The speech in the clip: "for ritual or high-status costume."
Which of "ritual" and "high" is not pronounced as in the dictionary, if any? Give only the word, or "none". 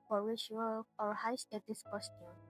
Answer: ritual